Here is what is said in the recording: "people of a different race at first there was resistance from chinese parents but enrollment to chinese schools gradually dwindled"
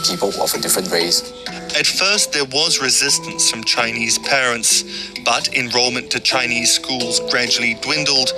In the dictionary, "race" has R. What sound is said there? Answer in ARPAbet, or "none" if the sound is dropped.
W